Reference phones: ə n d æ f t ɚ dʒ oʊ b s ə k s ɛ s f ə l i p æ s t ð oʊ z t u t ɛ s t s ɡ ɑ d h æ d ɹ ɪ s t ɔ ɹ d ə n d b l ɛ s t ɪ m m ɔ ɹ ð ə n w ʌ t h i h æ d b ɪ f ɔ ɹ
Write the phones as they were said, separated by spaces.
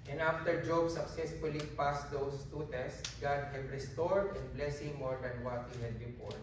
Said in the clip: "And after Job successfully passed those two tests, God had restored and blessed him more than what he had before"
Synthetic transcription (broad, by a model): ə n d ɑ f t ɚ dʒ oʊ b s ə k s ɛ s f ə l i p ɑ s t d oʊ s t u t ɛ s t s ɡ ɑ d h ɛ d ɹ ɪ s t ɔ ɹ d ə n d b l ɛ s ɪ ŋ m ɔ ɹ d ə n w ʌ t h i h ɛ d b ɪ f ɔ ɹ